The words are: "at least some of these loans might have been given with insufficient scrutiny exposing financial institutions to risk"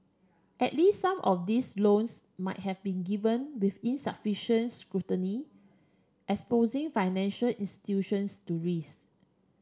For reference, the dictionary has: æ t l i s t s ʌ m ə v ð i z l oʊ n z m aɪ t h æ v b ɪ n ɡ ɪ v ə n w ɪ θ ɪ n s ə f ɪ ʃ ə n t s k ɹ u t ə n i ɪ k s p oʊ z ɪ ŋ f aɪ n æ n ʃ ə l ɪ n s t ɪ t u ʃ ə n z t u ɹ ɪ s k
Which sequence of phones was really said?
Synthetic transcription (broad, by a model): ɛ t l i s t s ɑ m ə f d i s l oʊ n s m aɪ t h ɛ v b ɪ n ɡ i v ə n w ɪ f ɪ n s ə f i ʃ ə n t s k ɹ u t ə n i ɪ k s p oʊ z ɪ ŋ f aɪ n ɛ n ʃ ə l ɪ n s t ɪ t u ʃ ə n s t u ɹ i s